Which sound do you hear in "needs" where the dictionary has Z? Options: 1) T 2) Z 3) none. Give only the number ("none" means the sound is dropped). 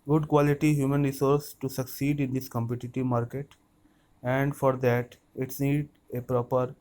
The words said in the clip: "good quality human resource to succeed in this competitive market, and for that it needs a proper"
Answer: 3